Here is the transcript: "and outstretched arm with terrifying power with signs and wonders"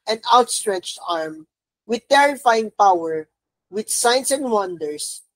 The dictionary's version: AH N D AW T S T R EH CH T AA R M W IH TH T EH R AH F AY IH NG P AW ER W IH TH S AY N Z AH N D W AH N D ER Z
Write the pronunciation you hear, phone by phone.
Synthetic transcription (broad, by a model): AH N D AW T S T R EH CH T AA R M W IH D T EH R AH F AY IH NG P AW ER W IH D S AY N S AH N D W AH N D ER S